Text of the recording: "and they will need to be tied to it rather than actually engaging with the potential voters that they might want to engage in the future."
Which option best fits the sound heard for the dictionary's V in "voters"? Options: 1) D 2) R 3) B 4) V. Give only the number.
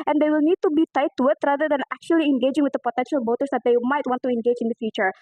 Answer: 3